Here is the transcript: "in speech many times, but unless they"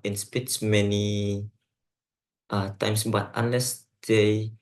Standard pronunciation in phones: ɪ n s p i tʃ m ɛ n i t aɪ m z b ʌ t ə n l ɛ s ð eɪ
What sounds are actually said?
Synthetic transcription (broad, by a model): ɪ n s p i s m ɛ n i t aɪ m s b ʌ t ə n l ɛ s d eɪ